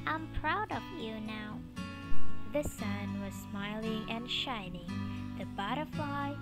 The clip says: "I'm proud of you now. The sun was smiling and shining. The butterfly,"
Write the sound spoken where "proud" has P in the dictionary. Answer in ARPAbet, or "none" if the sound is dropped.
P